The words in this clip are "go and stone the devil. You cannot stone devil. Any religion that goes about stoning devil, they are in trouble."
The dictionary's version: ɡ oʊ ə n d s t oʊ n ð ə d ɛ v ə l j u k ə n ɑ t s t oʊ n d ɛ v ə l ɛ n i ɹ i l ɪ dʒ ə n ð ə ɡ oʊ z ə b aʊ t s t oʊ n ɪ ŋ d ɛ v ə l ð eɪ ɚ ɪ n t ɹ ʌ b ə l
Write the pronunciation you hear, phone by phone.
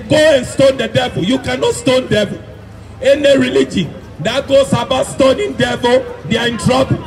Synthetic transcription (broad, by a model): ɡ oʊ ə n s t oʊ n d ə d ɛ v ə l j u k ə n ɑ t s t oʊ n d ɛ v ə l ɛ n i ɹ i l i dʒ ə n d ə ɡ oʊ s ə b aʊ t s t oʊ n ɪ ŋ d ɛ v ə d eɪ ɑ ɪ n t ɹ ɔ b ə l